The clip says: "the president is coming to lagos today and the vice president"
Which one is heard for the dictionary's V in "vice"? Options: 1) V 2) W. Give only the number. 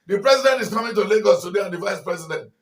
1